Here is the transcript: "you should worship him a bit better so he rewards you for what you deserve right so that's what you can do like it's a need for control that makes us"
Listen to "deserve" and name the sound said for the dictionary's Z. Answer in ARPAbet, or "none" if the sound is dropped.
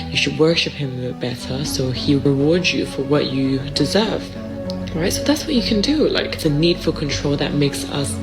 Z